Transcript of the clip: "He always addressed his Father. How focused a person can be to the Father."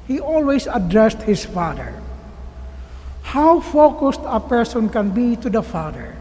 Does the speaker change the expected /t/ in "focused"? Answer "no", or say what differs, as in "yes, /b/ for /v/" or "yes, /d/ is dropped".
no